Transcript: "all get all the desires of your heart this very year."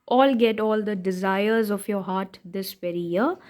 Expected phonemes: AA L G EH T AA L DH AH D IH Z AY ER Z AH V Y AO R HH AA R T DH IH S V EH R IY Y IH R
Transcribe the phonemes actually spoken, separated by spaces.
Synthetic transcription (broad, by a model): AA L G EH T AA L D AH D IH Z AY ER Z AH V Y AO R HH AA R T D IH S P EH R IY Y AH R